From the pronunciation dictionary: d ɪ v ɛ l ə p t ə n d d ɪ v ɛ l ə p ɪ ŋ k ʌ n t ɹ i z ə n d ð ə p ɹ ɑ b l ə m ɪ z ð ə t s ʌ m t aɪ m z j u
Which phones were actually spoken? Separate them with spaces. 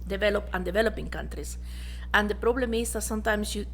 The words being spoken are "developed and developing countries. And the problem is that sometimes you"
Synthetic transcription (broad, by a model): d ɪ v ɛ l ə p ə n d d ɪ v ɛ l ə p ɪ ŋ k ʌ n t ɹ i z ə n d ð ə p ɹ ɑ b l ə m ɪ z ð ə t s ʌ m t aɪ m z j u